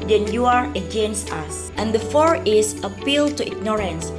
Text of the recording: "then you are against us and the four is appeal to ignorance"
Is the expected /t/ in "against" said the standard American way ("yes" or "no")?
no